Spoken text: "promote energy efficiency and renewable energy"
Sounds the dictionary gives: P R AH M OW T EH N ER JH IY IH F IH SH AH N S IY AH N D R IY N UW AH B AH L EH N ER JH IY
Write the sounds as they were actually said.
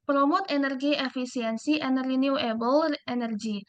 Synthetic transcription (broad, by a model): P R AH M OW T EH N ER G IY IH F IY S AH N S IY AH N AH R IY N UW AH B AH L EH N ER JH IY